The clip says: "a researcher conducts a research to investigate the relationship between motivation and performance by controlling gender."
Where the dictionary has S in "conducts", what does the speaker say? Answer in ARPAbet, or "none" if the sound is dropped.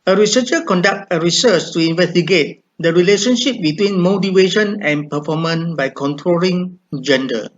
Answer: none